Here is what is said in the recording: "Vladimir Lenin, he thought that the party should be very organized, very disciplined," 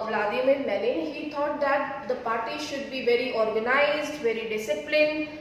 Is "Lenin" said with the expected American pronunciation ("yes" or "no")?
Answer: no